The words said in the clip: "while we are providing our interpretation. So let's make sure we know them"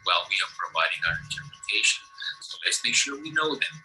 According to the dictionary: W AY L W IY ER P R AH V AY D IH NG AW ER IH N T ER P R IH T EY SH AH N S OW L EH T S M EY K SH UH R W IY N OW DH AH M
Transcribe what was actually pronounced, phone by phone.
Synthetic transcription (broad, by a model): W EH L W IY ER P R AH V AY D IH NG AW ER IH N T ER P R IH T EY SH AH N S OW L EH T S M EY K SH UH R W IY N OW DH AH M